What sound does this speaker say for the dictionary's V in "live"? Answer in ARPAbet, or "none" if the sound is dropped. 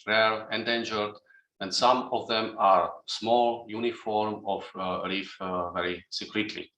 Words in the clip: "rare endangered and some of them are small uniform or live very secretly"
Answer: F